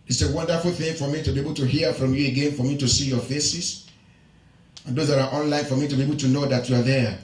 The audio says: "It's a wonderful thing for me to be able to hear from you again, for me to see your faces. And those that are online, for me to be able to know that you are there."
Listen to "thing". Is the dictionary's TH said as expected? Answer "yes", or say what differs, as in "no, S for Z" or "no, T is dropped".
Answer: yes